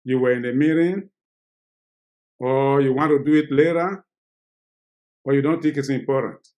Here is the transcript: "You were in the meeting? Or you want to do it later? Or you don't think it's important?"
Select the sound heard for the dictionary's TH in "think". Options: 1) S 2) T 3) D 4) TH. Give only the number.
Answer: 2